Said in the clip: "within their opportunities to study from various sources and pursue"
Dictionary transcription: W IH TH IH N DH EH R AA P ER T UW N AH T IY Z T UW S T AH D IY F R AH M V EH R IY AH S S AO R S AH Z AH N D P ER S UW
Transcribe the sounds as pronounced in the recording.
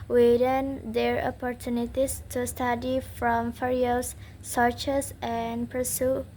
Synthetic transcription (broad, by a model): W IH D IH N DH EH R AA P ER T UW N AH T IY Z T UW S T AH D IY F R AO M F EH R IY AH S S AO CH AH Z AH N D P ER S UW